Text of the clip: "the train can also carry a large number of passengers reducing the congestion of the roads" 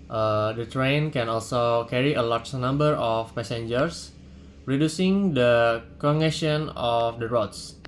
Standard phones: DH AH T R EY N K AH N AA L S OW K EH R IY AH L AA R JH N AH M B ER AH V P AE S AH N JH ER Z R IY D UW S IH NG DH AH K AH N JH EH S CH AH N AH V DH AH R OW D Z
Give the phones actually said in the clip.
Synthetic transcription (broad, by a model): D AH T R EY N K AH N AA L S OW K EH R IY AH L AA R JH N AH M B ER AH F P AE S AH N JH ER S R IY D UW S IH NG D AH K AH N EH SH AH N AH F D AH R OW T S